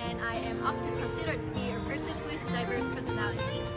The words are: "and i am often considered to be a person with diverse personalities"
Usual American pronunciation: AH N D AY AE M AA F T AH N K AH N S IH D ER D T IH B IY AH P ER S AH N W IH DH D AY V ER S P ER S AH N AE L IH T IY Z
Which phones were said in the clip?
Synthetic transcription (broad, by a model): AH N AY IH M AA F T AH N K AH N S IH D ER D T IH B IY AH P ER S AH N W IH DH D AY V ER S P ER S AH N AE L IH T IY